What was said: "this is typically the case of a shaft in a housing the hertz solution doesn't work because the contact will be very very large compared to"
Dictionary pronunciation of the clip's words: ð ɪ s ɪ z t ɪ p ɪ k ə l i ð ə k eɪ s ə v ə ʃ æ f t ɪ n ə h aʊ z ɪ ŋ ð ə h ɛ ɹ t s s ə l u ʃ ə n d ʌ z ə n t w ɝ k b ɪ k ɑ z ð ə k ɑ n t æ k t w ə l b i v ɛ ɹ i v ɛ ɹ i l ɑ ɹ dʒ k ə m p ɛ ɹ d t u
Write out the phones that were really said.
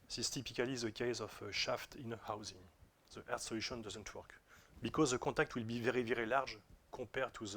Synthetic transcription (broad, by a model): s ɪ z t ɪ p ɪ k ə l i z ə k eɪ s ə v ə ʃ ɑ f t ɪ n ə h aʊ z ɪ ŋ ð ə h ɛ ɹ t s s ə l u ʃ ə n d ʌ z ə n t w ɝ k b ɪ k ɑ z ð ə k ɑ t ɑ k t w ə l b i v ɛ ɹ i v ɛ ɹ i l ɑ ɹ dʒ k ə p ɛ ɹ t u